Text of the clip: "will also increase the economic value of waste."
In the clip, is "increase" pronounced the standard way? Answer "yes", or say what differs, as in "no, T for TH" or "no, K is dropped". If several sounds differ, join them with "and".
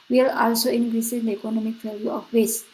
no, K is dropped